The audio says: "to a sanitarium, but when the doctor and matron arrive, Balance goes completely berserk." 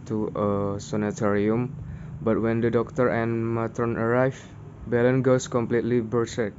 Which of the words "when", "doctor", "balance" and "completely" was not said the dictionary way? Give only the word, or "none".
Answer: balance